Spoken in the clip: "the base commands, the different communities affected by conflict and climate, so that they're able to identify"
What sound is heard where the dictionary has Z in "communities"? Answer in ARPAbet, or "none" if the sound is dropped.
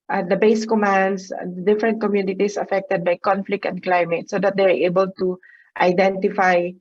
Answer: S